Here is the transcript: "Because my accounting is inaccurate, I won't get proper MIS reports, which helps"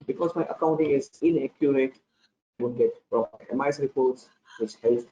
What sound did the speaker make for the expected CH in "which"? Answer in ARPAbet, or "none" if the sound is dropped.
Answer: CH